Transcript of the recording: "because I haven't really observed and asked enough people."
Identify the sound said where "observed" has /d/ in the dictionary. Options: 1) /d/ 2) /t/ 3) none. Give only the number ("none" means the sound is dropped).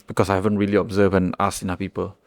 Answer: 3